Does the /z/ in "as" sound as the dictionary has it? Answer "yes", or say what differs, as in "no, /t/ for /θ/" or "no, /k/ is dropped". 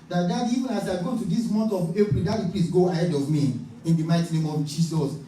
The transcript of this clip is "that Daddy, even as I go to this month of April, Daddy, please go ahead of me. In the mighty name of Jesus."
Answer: no, /s/ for /z/